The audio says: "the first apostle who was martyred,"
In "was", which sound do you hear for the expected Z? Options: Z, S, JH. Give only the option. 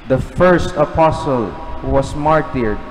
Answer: S